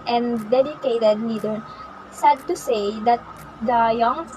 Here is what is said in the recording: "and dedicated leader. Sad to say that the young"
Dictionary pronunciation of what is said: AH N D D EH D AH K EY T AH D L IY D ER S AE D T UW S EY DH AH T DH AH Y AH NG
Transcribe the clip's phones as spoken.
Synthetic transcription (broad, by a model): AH N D D EH D AH K EY T AH D N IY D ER S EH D T UW S EY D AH T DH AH Y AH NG